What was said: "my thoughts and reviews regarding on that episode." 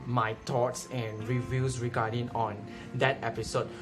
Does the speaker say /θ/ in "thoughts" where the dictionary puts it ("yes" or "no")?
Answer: no